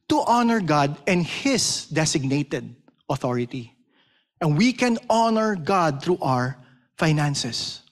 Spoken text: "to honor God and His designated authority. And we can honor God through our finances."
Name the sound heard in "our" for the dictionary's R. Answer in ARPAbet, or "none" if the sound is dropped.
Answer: R